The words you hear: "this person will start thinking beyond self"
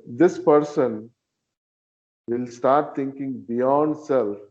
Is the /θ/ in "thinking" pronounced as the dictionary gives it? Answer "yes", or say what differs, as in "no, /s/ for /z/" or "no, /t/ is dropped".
no, /t/ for /θ/